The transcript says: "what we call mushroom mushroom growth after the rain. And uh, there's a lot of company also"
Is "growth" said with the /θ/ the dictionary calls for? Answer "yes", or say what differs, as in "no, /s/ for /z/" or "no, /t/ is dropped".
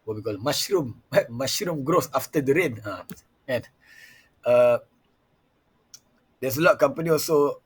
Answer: no, /s/ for /θ/